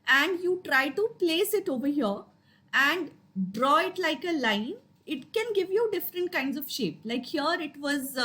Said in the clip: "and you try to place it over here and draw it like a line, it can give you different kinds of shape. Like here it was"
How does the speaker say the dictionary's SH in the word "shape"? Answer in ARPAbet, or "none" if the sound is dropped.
SH